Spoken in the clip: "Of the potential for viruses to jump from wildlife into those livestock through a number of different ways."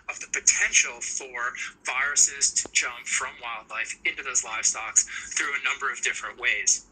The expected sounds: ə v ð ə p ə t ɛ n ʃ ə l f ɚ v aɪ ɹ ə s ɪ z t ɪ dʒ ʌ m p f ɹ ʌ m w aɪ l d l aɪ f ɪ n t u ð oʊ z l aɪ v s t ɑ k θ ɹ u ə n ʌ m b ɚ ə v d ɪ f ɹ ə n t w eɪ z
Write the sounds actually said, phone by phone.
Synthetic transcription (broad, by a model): ə v ð ə p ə t ɛ n ʃ l f ɚ v aɪ ɹ ə s ɪ z t ɪ dʒ ʌ m p f ɹ ʌ m w aɪ l d l aɪ f ɪ n t u ð oʊ z l aɪ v s t ɑ k θ ɹ u ə n ʌ m b ɚ ə v d ɪ f ɹ ə n t w eɪ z